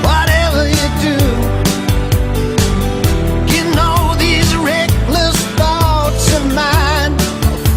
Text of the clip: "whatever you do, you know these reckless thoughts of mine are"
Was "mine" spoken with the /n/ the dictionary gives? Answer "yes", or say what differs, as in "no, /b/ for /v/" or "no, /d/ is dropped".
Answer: yes